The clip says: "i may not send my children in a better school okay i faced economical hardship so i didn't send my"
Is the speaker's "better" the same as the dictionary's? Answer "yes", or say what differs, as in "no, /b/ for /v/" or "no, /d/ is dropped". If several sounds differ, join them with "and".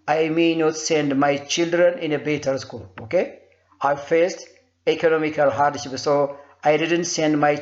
yes